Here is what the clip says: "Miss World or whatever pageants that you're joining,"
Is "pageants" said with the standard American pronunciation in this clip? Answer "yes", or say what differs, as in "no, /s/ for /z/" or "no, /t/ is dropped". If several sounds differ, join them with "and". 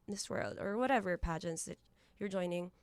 yes